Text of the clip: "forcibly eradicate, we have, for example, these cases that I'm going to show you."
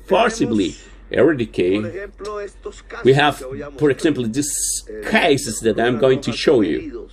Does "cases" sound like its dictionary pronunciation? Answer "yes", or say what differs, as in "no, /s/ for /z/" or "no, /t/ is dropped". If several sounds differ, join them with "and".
no, /s/ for /z/